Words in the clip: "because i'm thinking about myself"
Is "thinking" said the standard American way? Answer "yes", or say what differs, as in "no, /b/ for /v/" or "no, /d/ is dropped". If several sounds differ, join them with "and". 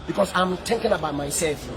no, /t/ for /θ/